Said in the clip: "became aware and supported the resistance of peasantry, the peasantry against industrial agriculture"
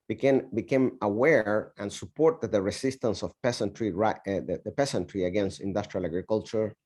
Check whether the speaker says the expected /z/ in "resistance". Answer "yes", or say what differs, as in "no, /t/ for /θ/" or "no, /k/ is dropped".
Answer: no, /s/ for /z/